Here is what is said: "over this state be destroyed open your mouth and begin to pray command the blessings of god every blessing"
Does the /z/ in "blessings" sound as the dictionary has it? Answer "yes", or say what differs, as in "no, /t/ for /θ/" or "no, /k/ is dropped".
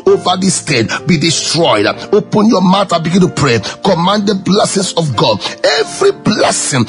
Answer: no, /s/ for /z/